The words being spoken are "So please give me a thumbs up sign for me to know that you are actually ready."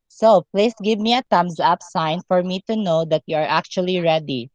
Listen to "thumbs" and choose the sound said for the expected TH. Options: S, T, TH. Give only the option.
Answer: T